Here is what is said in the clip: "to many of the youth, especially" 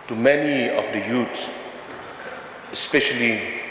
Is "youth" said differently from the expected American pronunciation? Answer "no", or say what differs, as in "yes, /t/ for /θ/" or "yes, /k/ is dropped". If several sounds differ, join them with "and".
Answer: yes, /s/ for /θ/